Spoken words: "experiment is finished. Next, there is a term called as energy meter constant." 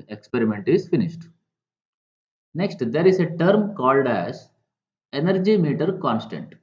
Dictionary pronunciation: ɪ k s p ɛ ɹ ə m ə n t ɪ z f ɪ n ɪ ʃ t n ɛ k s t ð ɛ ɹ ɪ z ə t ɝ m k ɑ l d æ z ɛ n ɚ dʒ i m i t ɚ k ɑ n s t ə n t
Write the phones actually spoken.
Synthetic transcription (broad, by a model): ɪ k s p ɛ ɹ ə m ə n t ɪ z f ɪ n ɪ ʃ t n ɛ k s t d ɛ ɹ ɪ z ə t ɝ m k ɑ l d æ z ɛ n ɚ dʒ i m i t ɚ k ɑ n s t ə n t